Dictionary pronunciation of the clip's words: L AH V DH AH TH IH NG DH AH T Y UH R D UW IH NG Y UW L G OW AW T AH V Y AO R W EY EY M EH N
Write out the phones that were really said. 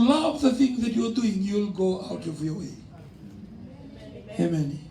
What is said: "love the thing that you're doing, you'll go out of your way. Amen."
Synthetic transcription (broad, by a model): L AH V DH AH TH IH NG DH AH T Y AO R D UW IH NG Y UW L G OW AW T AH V Y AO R W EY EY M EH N